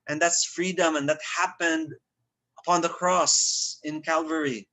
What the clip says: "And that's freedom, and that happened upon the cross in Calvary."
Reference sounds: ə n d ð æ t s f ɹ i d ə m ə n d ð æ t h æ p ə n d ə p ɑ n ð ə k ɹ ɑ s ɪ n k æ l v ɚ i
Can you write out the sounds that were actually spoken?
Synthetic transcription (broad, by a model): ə n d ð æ t s f ɹ i d ə m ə n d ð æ t h æ p ə n d ə p ɑ n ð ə k ɹ ɑ s ɪ n k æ l v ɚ i